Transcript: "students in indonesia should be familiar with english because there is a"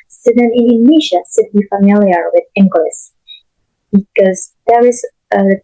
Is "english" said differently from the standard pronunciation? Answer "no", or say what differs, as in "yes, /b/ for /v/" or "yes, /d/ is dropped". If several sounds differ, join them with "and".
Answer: yes, /s/ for /ʃ/